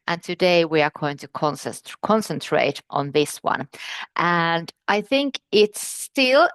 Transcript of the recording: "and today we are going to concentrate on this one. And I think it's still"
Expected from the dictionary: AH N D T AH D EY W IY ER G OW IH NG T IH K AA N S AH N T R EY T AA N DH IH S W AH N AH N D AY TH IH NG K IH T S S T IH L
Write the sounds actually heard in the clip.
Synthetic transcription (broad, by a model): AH N T AH D EY W IY ER G OW IH NG T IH K AA N S AH N T R EY T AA N DH IH S W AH N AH N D AY TH IH NG K IH T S S T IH L